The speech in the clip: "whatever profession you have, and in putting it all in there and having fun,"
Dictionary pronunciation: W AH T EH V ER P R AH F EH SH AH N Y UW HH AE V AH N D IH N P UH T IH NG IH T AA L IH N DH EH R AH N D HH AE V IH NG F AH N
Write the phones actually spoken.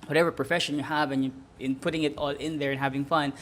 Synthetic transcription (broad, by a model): W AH T EH V ER P R AH F EH SH AH N Y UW HH AE V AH N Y IH N P UH T IH NG IH T AA L IH N DH EH R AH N HH AE V IH NG F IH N